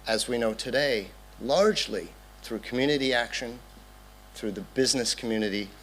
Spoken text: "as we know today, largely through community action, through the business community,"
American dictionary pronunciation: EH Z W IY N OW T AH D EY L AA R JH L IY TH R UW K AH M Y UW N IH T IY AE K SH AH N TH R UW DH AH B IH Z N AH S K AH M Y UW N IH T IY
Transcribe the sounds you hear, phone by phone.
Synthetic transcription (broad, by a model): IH Z W IY N OW T AH D EY L AA R JH L IY TH R UW K M Y UW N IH T IY AE K SH AH N TH R UW DH AH B IH Z N AH S K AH M Y UW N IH T IY